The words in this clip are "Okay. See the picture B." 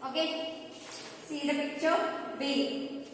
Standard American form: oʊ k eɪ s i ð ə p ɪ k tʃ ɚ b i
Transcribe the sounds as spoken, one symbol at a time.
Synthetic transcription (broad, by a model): oʊ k eɪ s i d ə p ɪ tʃ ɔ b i